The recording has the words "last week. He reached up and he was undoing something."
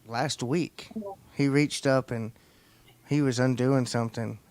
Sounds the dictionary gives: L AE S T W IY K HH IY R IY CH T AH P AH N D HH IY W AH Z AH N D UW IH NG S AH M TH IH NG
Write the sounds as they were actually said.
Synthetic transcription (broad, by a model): L AE S T W IY K HH IY R IY CH T AH P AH N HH IY W AH Z AH N D UW IH NG S AH M TH IH NG